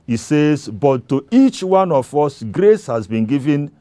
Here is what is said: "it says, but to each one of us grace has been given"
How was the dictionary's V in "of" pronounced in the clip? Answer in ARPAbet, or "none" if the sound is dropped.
F